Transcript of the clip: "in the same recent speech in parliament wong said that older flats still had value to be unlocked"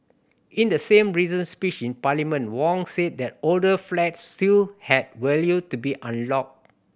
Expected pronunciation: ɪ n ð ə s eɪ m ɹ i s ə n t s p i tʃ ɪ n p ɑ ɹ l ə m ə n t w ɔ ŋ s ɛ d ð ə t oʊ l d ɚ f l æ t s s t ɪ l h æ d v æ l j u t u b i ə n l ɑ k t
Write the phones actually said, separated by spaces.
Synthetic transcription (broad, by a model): ɪ n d ə s eɪ m ɹ i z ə n s p i tʃ ɪ n p ɑ l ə m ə n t w ɔ ŋ s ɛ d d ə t oʊ l d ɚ f l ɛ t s s t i l h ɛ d w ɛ l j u t u b i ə n l ɑ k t